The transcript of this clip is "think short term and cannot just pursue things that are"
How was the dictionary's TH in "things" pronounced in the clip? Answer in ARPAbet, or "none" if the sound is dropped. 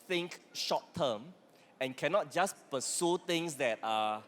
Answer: T